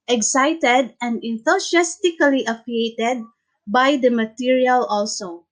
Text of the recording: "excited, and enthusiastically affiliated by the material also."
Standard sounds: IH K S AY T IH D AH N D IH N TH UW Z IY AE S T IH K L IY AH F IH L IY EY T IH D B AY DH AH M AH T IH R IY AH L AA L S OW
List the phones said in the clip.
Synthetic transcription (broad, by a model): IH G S AY T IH D AH N D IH N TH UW S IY S T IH K L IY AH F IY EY T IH D B AY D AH M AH T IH R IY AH L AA L S OW